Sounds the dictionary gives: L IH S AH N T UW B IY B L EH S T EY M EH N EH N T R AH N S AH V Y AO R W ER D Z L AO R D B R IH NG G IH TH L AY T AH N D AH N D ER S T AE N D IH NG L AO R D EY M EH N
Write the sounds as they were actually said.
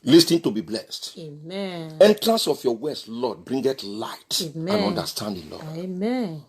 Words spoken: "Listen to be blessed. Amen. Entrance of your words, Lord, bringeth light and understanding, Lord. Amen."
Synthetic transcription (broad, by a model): L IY S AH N T UW B IY B L EH S T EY M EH EH N T R AH N S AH F Y AO W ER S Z L AO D B R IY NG G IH T L AY T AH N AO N D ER S T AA N D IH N L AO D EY M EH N